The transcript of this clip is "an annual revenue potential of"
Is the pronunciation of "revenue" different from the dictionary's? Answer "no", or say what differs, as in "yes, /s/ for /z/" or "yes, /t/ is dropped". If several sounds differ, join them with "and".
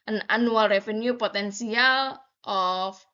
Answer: yes, /f/ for /v/